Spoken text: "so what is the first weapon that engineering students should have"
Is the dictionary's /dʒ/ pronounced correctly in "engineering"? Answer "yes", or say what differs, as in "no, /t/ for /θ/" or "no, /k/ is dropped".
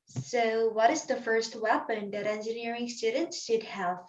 yes